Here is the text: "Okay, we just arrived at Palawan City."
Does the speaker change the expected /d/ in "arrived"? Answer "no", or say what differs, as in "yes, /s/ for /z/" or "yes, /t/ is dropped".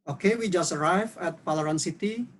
yes, /d/ is dropped